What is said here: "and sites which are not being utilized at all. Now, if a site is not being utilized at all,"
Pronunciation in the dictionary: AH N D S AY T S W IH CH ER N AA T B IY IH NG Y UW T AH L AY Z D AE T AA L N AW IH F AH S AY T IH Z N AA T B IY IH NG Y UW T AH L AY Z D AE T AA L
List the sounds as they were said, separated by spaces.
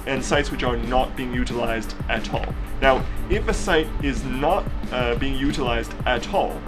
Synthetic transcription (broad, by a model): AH N S AY T S W IH CH ER N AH T B IY IH NG Y UW T AH L AY Z D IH T AA L N AW IH F AH S AY T IH Z N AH T B IY IH NG Y UW T AH L AY Z D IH T AA L